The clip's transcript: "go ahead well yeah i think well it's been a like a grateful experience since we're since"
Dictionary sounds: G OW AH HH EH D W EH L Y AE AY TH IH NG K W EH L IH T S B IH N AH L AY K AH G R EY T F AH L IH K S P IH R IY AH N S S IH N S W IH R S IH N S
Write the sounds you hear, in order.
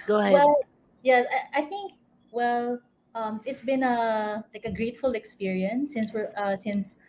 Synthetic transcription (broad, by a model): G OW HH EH W EH L Y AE AY TH IH NG K W EH L IH T S B IH N AH L AY K AH G R EY T F AH L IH K S P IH R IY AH N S S IH N S W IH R S IH N S